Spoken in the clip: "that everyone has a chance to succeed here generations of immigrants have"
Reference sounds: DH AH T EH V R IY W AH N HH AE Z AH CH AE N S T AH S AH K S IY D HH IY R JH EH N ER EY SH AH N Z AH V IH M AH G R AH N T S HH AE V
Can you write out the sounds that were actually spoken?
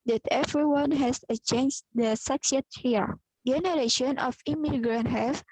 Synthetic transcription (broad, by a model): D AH T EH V R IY W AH N HH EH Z AH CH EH N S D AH S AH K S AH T HH IY R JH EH N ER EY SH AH N AH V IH M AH G R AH N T HH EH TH